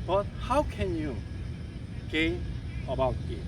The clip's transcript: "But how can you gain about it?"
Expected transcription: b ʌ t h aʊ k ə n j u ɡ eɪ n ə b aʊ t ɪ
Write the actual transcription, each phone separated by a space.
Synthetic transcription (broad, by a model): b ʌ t h aʊ k ə n j u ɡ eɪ ə b aʊ t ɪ